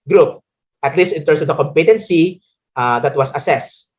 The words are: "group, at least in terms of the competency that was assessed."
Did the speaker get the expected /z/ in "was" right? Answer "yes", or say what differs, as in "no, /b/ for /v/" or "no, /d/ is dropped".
no, /s/ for /z/